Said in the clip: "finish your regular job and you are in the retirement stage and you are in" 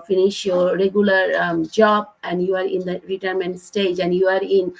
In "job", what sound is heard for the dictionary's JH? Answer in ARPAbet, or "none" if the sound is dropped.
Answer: JH